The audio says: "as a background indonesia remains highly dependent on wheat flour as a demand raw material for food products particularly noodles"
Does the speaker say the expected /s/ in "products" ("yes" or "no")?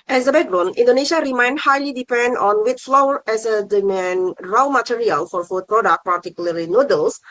no